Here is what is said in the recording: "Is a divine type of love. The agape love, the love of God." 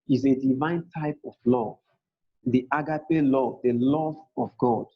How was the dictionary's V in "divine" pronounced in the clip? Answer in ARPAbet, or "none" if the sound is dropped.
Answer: V